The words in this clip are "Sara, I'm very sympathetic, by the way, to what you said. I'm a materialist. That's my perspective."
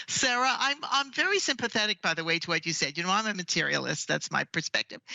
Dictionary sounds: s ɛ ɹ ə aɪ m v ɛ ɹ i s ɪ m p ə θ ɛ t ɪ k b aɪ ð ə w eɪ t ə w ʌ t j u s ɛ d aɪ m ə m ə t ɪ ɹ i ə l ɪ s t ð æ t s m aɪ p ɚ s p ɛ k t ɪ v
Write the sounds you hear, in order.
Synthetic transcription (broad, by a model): s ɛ ɹ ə aɪ m v ɛ ɹ i s ɪ m p ə θ ɛ t ɪ k b aɪ ð ə w eɪ t ə w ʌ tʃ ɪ s ɛ d aɪ m ə m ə t ɪ ɹ i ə l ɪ s t ð æ t s m aɪ p ɚ s p ɛ k t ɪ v